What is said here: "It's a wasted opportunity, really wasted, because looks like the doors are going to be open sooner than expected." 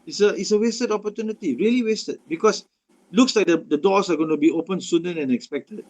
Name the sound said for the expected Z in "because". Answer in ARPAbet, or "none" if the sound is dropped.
S